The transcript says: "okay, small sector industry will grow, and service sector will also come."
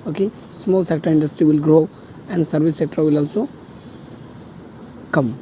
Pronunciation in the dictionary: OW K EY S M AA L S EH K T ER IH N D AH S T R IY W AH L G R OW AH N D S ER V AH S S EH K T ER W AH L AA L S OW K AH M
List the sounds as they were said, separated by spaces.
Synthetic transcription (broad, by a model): OW K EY S M AA L S EH K T ER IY N D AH S T R IY W AH L G R OW AH N D S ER B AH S S EH K T ER W AH L AA L S OW K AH M